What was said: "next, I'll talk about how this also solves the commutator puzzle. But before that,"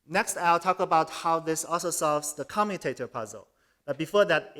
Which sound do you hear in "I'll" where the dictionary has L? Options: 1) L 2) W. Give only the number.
1